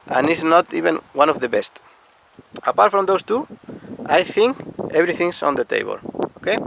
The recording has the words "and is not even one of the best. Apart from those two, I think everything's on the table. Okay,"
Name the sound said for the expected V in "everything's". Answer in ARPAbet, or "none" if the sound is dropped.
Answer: B